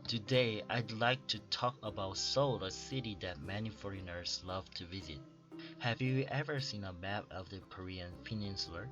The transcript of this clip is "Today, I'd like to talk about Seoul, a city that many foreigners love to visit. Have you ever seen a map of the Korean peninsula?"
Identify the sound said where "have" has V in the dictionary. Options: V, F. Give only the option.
V